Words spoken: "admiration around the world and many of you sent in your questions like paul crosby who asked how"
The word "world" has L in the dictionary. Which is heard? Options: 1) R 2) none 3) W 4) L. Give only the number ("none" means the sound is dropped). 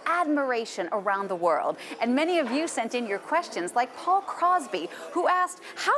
4